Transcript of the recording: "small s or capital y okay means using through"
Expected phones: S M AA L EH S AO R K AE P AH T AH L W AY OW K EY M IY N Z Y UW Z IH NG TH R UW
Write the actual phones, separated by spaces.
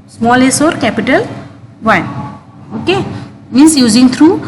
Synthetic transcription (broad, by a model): S M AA L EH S AO R K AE P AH T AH L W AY OW K EY M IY N S Y UW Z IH NG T R UW